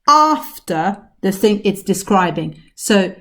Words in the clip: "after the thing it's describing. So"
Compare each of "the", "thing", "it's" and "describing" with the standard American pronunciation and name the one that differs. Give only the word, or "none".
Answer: none